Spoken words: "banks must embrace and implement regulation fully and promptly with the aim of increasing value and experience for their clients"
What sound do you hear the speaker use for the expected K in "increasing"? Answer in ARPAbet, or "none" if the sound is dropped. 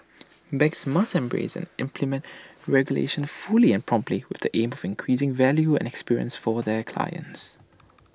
K